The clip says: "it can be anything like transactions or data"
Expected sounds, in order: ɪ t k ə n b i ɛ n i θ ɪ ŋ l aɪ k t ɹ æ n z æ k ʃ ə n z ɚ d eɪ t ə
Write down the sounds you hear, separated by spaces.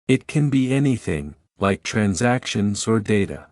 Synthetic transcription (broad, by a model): ɪ t k ə n b i ɛ n i θ ɪ ŋ l aɪ k t ɹ æ n z æ k ʃ ə n z ɚ d eɪ t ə